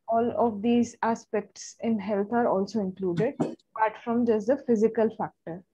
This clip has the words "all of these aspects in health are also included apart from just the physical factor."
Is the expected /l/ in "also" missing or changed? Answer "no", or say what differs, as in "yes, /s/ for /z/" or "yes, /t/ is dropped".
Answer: no